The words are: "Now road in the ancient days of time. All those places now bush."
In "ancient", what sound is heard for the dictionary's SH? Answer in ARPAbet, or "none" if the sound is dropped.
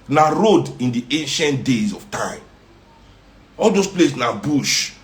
SH